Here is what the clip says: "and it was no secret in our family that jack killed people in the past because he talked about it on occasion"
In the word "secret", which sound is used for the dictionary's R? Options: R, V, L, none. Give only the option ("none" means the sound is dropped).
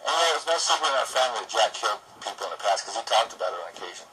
none